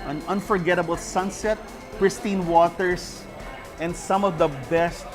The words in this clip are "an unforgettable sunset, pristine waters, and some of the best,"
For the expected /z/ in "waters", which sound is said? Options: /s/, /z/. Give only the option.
/s/